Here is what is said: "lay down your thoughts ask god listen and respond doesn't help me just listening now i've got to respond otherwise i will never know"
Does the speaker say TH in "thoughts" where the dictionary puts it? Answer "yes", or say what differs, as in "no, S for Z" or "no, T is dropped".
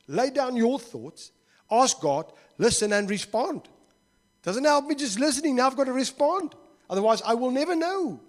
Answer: yes